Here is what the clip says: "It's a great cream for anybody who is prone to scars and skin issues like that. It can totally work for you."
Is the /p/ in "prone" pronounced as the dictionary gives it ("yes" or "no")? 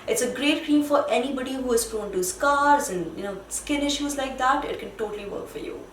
no